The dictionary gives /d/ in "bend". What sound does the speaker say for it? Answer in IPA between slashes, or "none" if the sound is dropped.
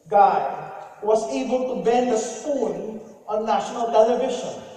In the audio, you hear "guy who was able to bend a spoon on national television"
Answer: /d/